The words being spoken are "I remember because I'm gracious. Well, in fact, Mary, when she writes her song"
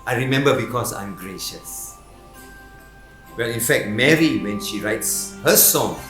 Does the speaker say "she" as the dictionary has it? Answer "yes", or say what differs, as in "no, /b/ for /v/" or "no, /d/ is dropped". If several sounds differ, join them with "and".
yes